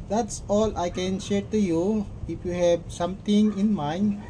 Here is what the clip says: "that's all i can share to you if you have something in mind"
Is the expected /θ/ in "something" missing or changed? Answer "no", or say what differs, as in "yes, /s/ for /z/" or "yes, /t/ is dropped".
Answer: yes, /t/ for /θ/